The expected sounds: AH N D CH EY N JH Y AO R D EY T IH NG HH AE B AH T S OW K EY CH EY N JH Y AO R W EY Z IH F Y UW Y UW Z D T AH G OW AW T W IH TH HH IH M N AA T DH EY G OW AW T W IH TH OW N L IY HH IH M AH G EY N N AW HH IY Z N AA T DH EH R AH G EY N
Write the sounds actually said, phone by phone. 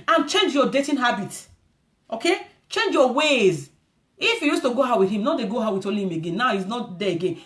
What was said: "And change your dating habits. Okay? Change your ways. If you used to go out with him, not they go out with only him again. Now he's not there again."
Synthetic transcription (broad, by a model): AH N CH EY N JH Y AO D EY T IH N HH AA B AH T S OW K EY CH EY N JH Y AO W EY Z IH F Y UW Y UW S T AH G OW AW W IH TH HH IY M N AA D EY G OW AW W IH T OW L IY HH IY M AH G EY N N AW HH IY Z N AA T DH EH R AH G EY N